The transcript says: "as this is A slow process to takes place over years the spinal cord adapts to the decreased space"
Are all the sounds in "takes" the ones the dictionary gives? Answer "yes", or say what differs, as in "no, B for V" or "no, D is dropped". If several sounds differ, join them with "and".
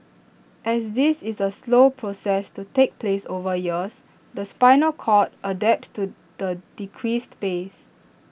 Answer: no, S is dropped